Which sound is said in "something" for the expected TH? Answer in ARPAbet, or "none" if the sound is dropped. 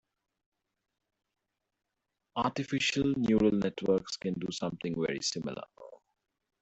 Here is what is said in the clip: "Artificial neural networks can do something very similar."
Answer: T